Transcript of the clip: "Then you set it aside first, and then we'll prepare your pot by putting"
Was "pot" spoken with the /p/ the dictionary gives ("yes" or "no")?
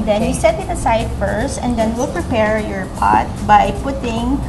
yes